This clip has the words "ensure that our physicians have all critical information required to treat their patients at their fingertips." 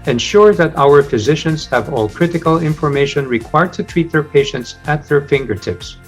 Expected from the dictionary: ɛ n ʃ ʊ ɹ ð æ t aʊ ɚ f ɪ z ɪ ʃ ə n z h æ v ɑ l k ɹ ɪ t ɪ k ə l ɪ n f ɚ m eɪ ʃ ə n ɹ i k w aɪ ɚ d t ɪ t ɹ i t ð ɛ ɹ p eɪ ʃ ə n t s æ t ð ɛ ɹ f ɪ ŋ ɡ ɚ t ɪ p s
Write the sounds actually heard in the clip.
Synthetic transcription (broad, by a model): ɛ n ʃ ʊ ɹ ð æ t aʊ ɚ f ɪ z ɪ ʃ ə n z h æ v ɑ l k ɹ ɪ t ɪ k ə l ɪ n f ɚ m eɪ ʃ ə n ɹ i k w aɪ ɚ d t ɪ t ɹ i t ð ɛ ɹ p eɪ ʃ ə n t s æ t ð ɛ ɹ f ɪ ŋ ɡ ɚ t ɪ p s